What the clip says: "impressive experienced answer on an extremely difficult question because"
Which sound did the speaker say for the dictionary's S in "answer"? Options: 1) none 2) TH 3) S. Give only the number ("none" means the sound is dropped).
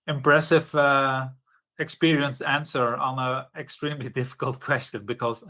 3